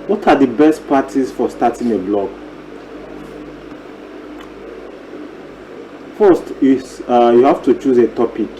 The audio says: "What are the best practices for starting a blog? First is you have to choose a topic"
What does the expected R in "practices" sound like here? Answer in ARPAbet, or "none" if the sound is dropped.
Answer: none